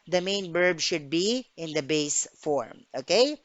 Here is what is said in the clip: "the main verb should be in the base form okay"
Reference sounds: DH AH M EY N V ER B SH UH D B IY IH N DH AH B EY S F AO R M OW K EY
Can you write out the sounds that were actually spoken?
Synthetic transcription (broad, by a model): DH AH M EY N B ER B SH UH D B IY IH N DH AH B EY S F AO R M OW K EY